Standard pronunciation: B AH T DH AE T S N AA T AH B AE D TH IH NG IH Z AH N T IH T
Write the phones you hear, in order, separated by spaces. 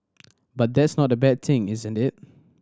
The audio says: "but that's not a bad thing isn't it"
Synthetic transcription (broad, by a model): B AH T DH AE T S N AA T AH B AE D TH IH NG IH Z AH N T IH T